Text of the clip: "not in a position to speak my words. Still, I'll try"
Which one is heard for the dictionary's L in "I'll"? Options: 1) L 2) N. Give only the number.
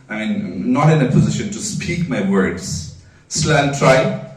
2